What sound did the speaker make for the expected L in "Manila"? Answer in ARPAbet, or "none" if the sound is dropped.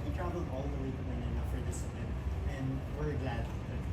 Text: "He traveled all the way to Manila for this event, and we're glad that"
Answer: N